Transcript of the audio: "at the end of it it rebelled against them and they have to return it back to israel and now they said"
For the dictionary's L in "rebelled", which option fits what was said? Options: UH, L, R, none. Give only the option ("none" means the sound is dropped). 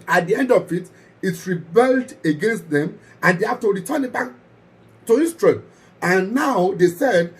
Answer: L